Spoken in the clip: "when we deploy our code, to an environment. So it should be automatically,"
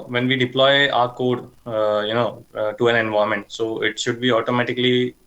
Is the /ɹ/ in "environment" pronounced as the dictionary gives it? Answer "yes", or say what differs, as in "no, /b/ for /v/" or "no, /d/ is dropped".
no, /ɹ/ is dropped